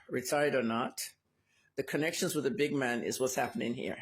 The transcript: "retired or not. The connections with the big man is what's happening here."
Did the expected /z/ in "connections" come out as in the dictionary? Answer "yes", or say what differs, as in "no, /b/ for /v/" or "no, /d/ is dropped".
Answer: yes